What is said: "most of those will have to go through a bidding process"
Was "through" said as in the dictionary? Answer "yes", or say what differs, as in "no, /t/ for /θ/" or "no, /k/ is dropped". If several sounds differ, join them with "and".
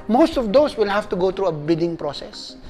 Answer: no, /t/ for /θ/